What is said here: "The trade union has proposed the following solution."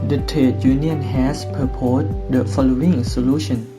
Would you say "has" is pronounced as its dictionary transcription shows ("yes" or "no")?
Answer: no